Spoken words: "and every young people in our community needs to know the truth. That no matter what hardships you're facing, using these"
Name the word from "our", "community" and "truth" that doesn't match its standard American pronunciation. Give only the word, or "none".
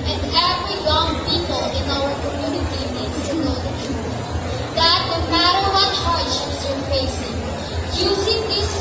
truth